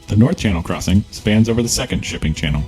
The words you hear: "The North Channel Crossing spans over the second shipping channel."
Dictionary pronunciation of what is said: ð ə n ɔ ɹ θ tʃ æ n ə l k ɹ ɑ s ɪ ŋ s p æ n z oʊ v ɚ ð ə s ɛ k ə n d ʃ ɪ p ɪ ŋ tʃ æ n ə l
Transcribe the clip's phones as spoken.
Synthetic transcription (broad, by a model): ð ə n ɔ ɹ θ tʃ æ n l k ɹ ɑ s ɪ ŋ s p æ n z oʊ v ɚ ð ə s ɛ k ə n d ʃ ɪ p ɪ ŋ tʃ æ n l